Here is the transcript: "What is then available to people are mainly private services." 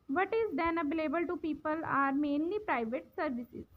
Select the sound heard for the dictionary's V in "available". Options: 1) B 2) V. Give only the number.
1